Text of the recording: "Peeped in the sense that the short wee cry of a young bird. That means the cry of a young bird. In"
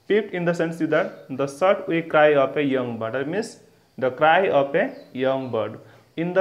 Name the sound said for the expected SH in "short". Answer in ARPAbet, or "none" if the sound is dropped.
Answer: S